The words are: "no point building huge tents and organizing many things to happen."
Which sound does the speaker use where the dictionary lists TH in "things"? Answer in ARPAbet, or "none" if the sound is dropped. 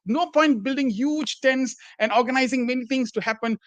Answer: T